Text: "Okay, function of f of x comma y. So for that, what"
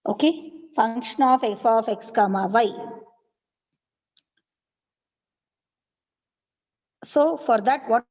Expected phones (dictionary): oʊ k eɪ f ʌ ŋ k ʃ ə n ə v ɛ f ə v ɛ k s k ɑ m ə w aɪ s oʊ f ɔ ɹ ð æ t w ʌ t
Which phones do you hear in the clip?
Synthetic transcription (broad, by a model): oʊ k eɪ f ʌ ŋ k ʃ ə n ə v ɛ f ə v ɛ k s k ɑ m ə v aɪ s oʊ f ɔ ɹ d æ t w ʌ